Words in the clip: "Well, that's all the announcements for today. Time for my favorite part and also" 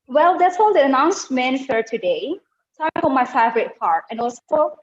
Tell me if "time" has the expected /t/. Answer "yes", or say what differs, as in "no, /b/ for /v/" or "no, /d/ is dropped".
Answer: no, /s/ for /t/